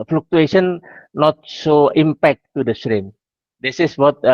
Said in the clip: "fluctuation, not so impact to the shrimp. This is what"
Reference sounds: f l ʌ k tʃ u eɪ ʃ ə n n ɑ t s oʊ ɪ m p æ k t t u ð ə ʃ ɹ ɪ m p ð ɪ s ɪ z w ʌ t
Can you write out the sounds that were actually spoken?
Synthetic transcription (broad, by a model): f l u k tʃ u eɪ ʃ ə n n ɑ t s oʊ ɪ m p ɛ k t t u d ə s ɹ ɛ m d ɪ s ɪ s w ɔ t